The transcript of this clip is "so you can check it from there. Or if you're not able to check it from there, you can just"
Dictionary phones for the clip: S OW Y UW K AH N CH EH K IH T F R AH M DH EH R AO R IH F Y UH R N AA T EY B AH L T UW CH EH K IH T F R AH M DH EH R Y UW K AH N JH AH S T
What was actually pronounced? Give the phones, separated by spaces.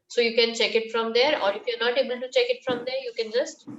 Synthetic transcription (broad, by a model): S OW Y UW K AH N CH EH K IH T F R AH M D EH R AO R IH F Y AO R N AA T EY B AH L T UW CH EH K IH T F R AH M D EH R Y UW K AH N JH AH S T